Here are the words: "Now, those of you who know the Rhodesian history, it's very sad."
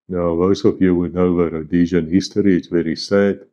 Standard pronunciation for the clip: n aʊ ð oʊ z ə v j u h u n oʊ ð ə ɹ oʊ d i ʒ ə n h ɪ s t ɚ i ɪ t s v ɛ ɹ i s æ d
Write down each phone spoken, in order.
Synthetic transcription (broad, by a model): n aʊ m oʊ s ə v j u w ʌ n oʊ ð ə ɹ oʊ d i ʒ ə n h ɪ s t ɚ i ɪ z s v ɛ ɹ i s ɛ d